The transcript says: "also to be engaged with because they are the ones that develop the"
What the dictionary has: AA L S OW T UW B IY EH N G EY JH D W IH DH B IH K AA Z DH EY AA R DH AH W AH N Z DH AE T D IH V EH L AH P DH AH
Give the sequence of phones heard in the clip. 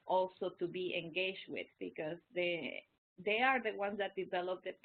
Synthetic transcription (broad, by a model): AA L S OW T UW B IY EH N G EY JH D W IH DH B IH K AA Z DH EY AA R DH AH W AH N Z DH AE T D IH V EH L AH P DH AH